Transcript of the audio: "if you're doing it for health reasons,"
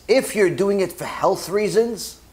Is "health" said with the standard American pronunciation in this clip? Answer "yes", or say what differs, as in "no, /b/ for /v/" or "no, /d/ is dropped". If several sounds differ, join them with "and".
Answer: yes